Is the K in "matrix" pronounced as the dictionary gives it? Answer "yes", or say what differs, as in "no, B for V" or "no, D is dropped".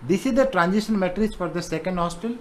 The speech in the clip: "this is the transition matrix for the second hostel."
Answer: no, K is dropped